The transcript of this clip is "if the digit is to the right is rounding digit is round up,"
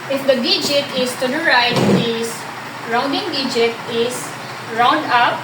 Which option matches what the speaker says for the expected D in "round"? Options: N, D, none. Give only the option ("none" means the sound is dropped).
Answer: D